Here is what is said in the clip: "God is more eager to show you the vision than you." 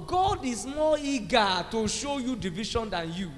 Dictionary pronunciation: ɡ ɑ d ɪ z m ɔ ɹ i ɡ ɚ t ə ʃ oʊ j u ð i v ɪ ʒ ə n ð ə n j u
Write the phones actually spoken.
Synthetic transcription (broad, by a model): ɡ ɑ d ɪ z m ɔ i ɡ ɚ t ə ʃ oʊ j u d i v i ʃ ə n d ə n j u